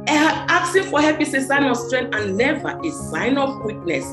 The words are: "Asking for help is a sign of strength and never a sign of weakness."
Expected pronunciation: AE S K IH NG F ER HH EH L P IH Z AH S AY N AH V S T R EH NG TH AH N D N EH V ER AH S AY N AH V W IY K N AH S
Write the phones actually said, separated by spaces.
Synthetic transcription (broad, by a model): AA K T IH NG F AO HH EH P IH S AH S AY N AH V S T R EH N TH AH N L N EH V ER AH S AY N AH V W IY K N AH S